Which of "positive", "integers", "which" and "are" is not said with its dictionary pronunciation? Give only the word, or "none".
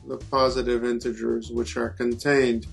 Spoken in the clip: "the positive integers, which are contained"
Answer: none